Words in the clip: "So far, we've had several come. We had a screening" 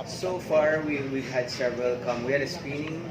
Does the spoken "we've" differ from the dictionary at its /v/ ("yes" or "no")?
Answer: yes